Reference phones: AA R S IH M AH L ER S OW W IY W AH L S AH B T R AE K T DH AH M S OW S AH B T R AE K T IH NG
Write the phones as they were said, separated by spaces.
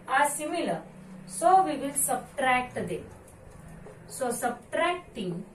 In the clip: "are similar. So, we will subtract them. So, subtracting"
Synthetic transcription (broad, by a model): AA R S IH M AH L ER S OW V IY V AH L S AH B T R AE K T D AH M S OW S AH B T R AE K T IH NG